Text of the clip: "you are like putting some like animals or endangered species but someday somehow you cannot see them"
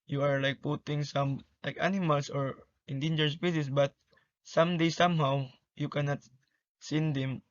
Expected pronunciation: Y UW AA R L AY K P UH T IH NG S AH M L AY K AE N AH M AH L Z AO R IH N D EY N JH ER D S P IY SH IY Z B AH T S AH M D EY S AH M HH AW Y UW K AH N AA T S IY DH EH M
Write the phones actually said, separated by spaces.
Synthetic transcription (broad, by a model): Y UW AA R L AY K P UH T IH NG S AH M L AY K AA N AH M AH L S AO R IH N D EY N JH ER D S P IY S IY S B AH T S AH M D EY S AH M HH AW Y UW K AH N AA T S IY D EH M